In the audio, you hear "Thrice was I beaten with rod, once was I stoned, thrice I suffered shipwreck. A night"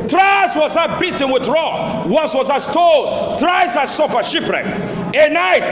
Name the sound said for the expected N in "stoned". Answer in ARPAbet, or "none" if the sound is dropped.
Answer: L